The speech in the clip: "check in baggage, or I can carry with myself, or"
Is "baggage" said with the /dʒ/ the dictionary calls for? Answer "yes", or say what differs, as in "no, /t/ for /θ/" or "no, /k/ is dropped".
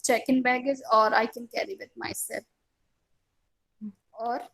no, /z/ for /dʒ/